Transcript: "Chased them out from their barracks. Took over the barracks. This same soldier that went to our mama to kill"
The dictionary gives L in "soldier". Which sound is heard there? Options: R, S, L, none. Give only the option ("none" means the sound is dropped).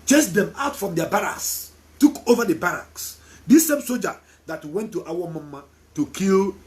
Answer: none